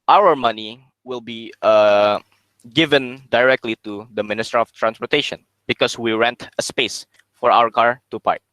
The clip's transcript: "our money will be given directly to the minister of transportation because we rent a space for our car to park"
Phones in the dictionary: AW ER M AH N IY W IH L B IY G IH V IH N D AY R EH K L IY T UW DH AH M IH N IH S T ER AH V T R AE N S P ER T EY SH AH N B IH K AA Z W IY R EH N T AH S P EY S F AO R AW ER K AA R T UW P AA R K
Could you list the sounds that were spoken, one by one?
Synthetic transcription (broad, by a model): AW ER M AH N IY W IH L B IY G IH V IH N D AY R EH K L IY T UW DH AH M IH N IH S T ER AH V T R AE N S P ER T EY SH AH N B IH K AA S W IY R EH N T AH S P EY S F AO R AW ER K AA R T UW P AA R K